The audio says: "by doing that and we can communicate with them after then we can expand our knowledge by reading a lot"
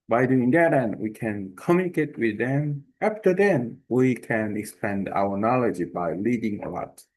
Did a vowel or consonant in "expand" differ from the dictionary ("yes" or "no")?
no